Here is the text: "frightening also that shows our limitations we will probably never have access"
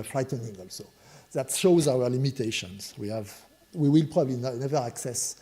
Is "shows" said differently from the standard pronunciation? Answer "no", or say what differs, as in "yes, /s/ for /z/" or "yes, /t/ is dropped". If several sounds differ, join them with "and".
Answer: no